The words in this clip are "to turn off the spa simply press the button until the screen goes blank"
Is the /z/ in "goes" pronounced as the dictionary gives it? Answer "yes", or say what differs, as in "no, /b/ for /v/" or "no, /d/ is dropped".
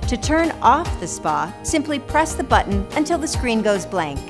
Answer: yes